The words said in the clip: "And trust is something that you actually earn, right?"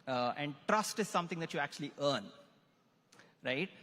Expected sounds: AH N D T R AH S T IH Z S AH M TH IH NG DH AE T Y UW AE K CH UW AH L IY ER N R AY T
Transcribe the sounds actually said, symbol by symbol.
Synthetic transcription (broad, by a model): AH N D T R AH S T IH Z S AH M T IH NG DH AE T Y UW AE K CH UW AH L IY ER N R AY T